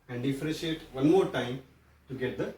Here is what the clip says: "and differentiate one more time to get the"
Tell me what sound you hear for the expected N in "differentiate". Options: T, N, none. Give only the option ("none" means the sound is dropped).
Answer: none